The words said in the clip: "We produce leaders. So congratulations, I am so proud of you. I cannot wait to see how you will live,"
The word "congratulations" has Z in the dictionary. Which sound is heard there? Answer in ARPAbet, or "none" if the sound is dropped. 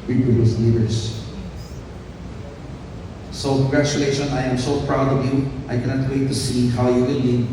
none